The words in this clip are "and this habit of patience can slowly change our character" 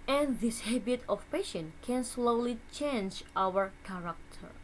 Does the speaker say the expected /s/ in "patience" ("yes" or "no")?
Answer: no